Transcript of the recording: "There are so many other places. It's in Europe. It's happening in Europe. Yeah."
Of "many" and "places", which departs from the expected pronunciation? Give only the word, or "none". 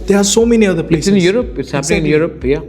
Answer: places